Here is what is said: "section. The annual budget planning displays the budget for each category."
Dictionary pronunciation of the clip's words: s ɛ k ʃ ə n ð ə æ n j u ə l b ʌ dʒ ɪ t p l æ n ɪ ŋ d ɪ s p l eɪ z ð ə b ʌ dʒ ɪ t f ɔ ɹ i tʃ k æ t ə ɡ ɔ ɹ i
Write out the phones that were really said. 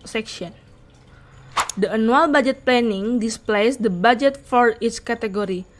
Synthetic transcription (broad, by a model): s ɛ k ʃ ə n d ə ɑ n u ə l b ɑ dʒ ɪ t p l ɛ n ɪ ŋ d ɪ s p l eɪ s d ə b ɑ dʒ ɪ t f ɔ ɹ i s k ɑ t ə ɡ ɔ ɹ i